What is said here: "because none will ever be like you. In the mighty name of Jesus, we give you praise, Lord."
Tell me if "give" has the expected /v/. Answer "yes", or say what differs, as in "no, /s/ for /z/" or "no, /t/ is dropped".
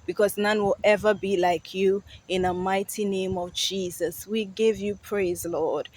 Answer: yes